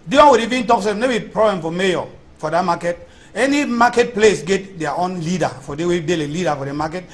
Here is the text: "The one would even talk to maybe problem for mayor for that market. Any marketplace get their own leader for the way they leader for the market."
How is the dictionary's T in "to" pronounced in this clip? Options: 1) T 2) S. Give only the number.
2